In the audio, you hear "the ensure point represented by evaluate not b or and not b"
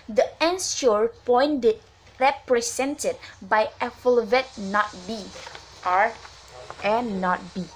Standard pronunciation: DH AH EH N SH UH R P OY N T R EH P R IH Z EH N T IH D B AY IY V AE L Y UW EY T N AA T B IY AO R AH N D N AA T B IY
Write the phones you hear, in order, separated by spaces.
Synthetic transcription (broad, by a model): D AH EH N S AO R P OY N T R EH P R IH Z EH N T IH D B AY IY F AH L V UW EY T N AA T B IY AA R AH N N AA T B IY